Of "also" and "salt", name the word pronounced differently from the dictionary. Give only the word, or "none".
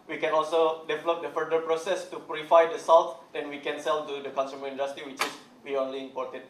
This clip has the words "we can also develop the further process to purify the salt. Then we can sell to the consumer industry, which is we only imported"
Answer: salt